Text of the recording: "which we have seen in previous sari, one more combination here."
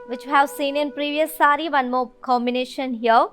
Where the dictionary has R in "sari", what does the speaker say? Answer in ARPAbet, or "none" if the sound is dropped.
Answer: R